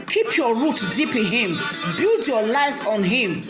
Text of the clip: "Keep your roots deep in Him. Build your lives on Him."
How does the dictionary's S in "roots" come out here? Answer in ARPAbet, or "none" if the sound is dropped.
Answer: none